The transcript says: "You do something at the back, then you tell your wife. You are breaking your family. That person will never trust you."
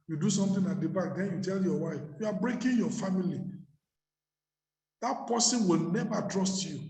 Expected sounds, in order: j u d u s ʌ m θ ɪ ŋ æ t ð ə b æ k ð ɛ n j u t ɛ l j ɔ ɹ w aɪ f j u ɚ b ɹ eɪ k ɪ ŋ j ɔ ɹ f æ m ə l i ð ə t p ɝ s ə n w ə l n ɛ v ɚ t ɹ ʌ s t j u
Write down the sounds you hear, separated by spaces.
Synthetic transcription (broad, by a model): j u d u s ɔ m t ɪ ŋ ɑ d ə b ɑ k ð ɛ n j u t ɛ l j ɔ w aɪ f j u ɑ b ɹ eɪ k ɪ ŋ j ɔ f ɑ m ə l i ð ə t p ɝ s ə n w ə l n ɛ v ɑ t ɹ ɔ s t j u